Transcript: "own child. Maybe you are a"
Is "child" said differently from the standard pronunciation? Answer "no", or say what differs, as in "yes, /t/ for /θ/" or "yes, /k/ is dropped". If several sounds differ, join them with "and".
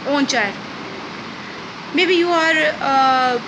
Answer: yes, /l/ is dropped